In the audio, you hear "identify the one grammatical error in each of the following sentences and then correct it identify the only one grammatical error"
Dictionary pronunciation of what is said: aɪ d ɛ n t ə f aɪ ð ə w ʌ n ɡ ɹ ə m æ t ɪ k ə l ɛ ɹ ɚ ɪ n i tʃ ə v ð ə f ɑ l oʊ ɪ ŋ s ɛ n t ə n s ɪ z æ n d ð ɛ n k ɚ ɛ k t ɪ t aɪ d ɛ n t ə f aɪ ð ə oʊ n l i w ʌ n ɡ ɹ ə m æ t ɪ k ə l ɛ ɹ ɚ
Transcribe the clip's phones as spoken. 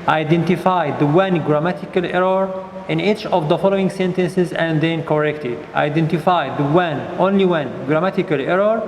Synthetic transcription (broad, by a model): aɪ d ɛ n t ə f aɪ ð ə w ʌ n ɡ ɹ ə m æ t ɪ k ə l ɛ ɹ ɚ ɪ n i tʃ ə v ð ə f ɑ l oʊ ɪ ŋ s ɛ n t ə n s ɪ z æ n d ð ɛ n k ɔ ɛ k t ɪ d aɪ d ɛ n t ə f aɪ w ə oʊ n l i w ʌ n ɡ ɹ ə m æ t ɪ k ə l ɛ ɹ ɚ